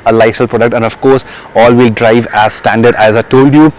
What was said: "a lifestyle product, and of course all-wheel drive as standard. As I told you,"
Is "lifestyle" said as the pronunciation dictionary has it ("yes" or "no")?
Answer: no